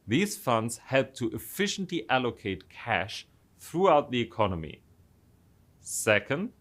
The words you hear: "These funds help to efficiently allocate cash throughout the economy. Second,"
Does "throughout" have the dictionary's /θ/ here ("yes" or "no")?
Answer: yes